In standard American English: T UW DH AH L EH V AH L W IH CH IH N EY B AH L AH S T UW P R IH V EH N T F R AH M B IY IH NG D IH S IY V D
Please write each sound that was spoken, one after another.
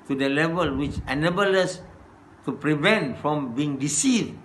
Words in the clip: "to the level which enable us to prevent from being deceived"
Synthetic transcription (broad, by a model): T UW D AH L EH V AH L W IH CH IH N EY B AH L AH S T UW P R IH V EH N T F R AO M B IY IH NG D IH S IY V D